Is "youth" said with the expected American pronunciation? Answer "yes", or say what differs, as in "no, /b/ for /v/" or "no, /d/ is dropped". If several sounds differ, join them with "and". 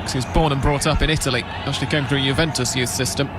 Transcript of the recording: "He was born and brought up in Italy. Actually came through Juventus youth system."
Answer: yes